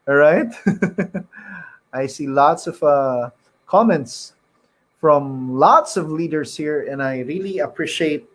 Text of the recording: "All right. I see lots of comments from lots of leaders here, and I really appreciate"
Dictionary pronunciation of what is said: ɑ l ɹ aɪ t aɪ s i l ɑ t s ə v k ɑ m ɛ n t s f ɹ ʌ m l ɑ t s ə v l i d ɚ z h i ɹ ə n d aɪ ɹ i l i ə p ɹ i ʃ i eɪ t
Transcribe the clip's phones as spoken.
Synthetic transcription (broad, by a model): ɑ ɹ aɪ t aɪ s i l ɑ t s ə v k ɑ m ɛ n t s f ɹ ʌ m l ɑ t s ə v l i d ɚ s h i ɹ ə n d aɪ ɹ i l i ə p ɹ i ʃ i eɪ t